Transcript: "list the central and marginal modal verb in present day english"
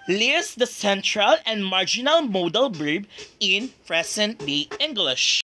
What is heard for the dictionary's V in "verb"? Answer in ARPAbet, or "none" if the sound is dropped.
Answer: B